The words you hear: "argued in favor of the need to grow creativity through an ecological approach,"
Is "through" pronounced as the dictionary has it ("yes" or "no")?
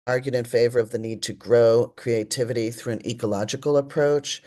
yes